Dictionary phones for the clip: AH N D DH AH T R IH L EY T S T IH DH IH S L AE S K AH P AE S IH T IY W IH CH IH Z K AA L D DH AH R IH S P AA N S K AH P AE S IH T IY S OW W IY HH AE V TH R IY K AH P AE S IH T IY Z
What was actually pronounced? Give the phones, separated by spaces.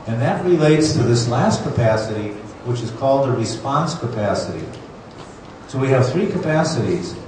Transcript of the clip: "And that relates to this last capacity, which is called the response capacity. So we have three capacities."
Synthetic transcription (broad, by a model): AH N DH AH T R IH L EY T S T IH DH IH S L AE S K AH P AE S IH T IY W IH CH IH Z K AA L D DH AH R IH S P AA N S K AH P AE S IH T IY S OW W IY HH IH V TH R IY K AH P AE S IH T IY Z